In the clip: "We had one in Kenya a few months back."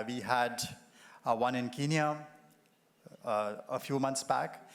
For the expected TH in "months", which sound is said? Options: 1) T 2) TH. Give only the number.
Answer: 1